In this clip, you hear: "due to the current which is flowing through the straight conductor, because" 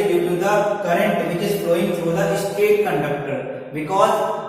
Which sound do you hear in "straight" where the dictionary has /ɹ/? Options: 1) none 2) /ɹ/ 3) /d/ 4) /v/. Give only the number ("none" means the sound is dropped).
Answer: 1